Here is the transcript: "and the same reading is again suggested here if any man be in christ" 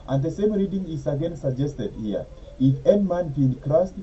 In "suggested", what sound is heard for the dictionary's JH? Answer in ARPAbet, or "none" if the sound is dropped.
JH